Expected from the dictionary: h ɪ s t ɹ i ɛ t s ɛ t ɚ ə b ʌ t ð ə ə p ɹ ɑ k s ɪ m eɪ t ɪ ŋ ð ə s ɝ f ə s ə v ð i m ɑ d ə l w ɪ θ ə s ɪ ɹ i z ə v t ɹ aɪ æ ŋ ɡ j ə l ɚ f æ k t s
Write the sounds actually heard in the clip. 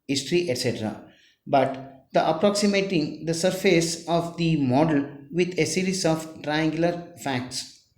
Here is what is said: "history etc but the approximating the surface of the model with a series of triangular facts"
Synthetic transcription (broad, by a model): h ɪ s t ɹ i ɛ t s ɛ t ɚ ə b ʌ t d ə ə p ɹ ɑ k s ɪ m eɪ t ɪ ŋ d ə s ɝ f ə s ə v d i m ɑ d ə l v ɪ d ə s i ɹ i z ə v t ɹ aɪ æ ŋ ɡ j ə l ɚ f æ k t s